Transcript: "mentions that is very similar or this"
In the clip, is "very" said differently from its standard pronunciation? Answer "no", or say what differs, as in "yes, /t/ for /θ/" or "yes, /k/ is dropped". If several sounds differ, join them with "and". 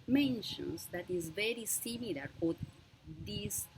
no